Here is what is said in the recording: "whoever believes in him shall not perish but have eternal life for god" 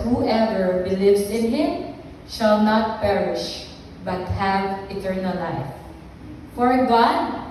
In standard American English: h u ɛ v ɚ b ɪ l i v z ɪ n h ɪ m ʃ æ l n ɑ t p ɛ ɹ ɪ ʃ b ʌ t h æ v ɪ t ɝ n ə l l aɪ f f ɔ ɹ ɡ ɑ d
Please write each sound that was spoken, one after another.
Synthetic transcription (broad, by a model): h u ɛ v ɚ b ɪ l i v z ɪ n h ɪ m ʃ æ l n ɑ t p ɛ ɹ ɪ ʃ b ʌ t h æ v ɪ t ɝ n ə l l aɪ f f ɔ ɹ ɡ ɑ d